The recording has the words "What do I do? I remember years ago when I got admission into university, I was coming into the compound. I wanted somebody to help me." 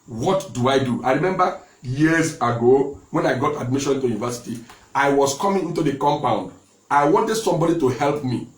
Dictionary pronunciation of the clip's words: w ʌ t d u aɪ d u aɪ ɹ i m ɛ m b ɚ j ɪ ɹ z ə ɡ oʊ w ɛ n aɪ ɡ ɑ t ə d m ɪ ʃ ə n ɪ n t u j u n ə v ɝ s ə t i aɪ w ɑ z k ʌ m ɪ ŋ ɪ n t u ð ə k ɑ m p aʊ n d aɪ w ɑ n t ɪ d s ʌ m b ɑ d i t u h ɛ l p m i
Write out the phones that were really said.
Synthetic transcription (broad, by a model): w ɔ t d u aɪ d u aɪ ɹ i m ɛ m b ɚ j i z ə ɡ oʊ w ɛ n aɪ ɡ ɑ t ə d m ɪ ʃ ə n ɪ n t u j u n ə v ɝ s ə t i aɪ w ɑ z k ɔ m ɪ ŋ ɪ n t u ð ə k ɑ m p aʊ n d aɪ w ɑ n t ɪ d s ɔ m b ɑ d i t u h ɛ l p m i